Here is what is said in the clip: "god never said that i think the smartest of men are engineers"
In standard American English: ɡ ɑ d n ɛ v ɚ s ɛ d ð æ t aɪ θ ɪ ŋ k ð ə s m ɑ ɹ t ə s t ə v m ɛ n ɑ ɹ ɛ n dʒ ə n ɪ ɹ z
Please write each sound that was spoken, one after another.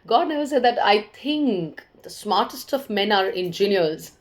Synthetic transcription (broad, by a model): ɡ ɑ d n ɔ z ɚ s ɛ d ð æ t aɪ t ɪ ŋ k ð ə s m ɑ ɹ t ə s t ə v m ɛ n ɑ ɹ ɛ n dʒ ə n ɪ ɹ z